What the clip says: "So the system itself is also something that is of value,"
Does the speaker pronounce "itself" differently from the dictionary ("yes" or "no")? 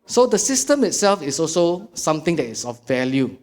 no